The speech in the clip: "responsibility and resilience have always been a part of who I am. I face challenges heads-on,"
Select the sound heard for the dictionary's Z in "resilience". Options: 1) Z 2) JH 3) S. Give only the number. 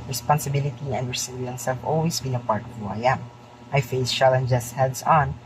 3